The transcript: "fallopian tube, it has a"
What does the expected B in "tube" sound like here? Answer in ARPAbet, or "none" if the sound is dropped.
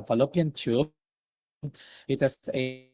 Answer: none